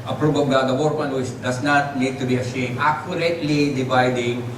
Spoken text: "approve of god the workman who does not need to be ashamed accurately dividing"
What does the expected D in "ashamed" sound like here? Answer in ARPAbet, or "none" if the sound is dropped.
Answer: none